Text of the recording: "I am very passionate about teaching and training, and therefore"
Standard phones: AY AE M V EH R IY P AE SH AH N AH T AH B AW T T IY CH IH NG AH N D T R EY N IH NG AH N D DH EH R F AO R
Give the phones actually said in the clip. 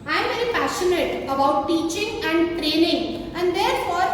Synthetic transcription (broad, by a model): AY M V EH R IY P AE SH AH N AH T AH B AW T T IY CH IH NG AH N D T R EY N IH NG AH N D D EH R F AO R